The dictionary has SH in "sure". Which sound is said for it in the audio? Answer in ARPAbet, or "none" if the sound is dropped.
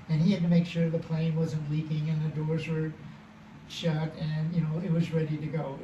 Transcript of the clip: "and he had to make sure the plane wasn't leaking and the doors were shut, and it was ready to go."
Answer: SH